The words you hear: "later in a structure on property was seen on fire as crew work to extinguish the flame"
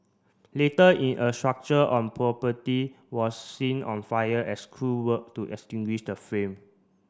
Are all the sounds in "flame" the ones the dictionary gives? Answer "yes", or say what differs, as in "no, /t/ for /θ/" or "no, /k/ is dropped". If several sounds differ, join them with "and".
no, /l/ is dropped